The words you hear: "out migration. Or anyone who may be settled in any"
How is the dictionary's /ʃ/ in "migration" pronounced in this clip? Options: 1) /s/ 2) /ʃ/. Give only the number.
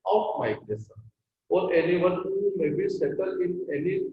1